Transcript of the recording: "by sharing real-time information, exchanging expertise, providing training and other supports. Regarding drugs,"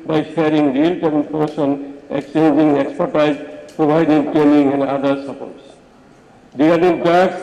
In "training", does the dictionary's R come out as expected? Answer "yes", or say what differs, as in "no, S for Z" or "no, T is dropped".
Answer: no, R is dropped